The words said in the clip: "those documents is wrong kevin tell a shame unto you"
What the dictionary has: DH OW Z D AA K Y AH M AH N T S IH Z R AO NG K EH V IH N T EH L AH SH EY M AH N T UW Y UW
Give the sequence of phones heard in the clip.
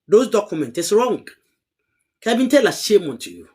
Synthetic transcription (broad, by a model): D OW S D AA K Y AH M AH N T IH S R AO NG K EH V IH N T EH L AH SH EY M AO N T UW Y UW